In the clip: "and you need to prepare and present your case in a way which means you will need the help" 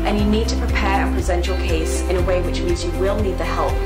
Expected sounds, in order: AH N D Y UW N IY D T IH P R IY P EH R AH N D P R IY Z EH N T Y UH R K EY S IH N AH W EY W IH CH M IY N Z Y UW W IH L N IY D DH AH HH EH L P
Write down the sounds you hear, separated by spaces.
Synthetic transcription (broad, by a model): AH N Y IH N IY D T IH P R IY P EH R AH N P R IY Z EH N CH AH R K EY S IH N AH W EY W IH CH M IY N Z Y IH W IH L N IY D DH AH HH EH L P